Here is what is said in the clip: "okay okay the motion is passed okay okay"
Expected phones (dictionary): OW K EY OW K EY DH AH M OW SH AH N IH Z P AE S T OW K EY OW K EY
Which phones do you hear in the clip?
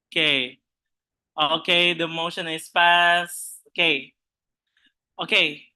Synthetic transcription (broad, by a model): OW K EY OW K EY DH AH M OW SH AH N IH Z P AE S OW K EY OW K EY